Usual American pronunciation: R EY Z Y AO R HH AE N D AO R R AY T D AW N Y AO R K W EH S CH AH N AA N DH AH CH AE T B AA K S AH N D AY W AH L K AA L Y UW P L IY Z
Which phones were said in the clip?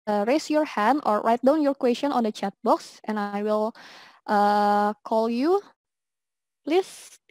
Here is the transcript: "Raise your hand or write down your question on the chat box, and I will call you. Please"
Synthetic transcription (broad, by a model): R EY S Y AO R HH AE N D AO R R AY T D AW N Y AO R K W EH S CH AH N AA N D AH CH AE T B AA K S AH N AY W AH L K AA L Y UW P L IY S